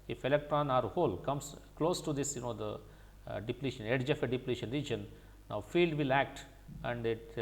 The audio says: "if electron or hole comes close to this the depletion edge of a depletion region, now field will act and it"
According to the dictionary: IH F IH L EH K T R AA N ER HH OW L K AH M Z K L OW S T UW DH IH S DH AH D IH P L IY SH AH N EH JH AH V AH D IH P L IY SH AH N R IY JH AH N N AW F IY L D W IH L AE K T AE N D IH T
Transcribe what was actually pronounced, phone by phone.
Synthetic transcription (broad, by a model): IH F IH L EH K T R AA N ER HH OW L K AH M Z K L OW S T UW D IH S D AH D IH P L IY SH AH N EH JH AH F AH D IH P L IY SH AH N R IY JH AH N N AW F IY L D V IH L AE K T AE N D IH T